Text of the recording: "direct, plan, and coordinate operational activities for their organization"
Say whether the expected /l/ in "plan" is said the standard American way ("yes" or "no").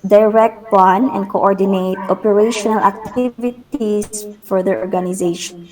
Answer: no